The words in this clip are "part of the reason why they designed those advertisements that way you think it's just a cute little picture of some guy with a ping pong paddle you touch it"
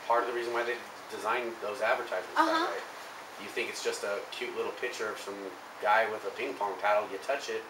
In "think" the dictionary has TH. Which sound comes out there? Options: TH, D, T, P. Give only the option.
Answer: TH